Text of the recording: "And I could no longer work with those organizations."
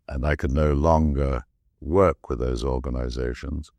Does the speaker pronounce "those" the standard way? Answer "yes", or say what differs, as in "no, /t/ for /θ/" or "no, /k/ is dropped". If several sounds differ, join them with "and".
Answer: yes